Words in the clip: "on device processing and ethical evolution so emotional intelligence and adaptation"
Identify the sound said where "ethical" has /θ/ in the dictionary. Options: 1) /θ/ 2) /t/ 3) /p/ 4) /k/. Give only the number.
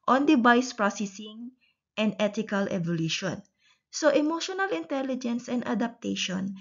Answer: 2